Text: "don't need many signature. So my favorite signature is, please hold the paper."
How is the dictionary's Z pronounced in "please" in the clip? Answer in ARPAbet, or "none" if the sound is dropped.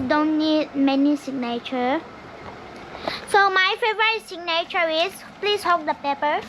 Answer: S